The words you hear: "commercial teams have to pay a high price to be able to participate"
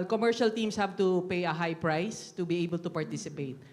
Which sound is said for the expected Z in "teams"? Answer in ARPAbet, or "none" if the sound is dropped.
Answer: S